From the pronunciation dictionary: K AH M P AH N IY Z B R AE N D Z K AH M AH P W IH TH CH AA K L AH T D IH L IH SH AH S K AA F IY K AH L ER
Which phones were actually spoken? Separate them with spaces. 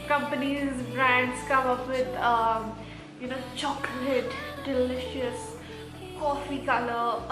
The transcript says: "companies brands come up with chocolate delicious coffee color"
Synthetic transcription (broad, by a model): K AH M P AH N IY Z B R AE N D S K AH M AH P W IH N CH AA K L AH T D IH L IH SH AH S K AA F IY K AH L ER